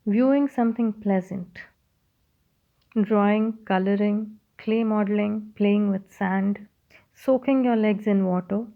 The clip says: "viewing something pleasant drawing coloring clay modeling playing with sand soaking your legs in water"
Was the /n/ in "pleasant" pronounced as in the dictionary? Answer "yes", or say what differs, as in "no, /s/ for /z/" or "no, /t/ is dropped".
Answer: yes